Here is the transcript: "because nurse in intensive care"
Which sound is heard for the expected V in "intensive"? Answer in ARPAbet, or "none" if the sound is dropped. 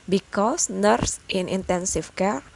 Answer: F